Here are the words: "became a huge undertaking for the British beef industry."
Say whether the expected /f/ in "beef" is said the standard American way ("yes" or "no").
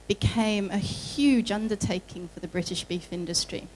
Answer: yes